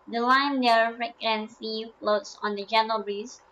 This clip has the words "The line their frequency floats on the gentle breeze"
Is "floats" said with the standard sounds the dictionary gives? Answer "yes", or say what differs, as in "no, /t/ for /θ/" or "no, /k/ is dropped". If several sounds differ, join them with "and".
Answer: yes